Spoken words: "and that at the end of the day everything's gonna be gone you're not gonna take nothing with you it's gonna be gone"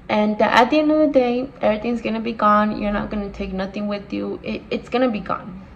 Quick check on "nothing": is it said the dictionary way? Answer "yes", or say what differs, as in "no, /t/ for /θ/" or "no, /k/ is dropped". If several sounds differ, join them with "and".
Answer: yes